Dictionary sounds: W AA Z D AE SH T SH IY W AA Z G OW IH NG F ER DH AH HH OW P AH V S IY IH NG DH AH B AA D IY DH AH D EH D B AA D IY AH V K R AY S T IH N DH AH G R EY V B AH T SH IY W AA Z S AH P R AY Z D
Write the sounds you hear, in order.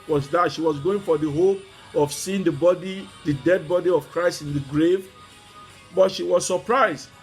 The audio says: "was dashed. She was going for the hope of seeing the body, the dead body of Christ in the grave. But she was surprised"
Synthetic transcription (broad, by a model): W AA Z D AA T SH IY W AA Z G OW IH NG F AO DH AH HH OW P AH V S IY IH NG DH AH B AA D IY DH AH D EH D B AA D IY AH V K R AY S T IH N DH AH G R EY V B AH T SH IY W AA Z S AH P R AY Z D